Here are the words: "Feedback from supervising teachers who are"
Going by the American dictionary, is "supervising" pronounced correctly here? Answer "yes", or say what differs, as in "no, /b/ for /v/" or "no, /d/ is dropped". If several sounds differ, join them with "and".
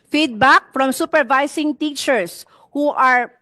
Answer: no, /s/ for /z/